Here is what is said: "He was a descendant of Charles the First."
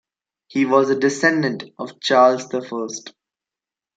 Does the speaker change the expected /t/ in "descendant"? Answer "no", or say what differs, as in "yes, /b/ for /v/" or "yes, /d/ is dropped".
no